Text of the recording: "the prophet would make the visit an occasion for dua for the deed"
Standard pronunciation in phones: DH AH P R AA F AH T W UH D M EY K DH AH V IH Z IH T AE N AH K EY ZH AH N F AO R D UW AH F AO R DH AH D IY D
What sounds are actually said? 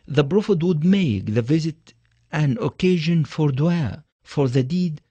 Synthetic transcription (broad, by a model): DH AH B R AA F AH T W UH D M EY K DH AH V IH Z IH T AE N AH K EY ZH AH N F AO R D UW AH F AO R DH AH D IY D